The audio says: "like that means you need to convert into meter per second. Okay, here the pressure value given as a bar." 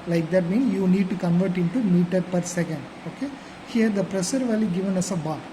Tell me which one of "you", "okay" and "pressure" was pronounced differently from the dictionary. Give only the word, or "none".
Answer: pressure